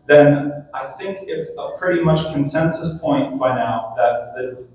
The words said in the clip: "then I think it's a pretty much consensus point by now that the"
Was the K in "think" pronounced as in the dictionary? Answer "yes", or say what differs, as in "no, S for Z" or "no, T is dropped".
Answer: yes